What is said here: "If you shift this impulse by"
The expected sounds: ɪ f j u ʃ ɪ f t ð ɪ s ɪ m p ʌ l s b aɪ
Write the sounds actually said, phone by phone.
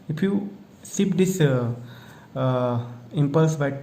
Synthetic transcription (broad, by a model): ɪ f j u s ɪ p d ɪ s ɪ m p ʌ l s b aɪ